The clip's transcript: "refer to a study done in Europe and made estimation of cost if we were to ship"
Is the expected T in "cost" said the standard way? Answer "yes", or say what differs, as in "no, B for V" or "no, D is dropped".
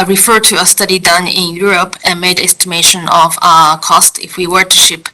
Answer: yes